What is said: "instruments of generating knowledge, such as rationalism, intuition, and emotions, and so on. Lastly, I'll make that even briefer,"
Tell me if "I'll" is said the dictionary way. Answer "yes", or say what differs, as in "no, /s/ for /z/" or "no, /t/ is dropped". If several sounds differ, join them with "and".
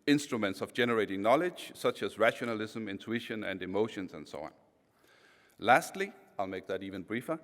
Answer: yes